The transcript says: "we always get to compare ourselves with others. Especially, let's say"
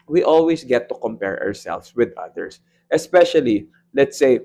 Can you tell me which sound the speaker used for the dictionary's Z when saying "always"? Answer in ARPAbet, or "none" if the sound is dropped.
S